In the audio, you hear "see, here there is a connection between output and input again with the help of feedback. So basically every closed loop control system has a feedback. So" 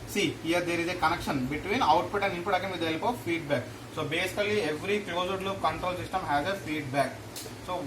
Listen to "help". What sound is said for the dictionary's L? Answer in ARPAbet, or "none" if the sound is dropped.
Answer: L